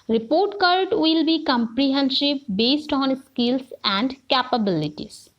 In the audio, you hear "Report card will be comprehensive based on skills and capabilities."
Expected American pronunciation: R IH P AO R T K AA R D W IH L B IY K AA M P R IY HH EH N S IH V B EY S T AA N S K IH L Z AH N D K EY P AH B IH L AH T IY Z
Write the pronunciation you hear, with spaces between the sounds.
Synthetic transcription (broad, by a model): R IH P AO R T K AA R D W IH L B IY K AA M P R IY HH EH N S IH P B EY S T AA N S K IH L S AH N D K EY P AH B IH L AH T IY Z